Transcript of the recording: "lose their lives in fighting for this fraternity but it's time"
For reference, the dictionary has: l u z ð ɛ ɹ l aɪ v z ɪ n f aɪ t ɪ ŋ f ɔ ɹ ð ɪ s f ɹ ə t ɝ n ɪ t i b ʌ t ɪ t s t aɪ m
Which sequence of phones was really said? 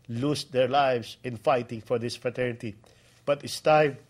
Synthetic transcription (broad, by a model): l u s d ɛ ɹ l aɪ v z ɪ n f aɪ t ɪ ŋ f ɔ ɹ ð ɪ s f ɹ ə t ɝ n ɪ t i b ʌ t ɪ t s t aɪ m